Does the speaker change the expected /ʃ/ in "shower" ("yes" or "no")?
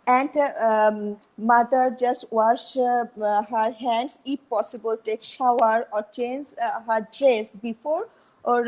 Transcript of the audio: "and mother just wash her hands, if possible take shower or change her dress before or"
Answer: no